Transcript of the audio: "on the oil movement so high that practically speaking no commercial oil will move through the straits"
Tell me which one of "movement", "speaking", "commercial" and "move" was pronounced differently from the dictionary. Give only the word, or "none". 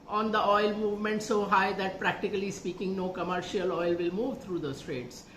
none